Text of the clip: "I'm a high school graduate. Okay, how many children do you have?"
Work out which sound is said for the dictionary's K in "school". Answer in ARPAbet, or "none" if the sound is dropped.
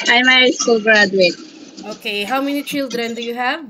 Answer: none